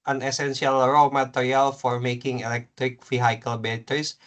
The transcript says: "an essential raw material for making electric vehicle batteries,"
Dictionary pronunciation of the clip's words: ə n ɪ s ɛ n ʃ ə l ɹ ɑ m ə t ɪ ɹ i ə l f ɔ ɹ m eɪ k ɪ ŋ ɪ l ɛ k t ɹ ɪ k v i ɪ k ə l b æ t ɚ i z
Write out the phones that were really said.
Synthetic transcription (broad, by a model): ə n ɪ s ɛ n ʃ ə l ɹ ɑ m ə t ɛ ɹ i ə l f ɔ ɹ m eɪ k ɪ ŋ ɪ l ɛ k t ɹ ɪ k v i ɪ k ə l b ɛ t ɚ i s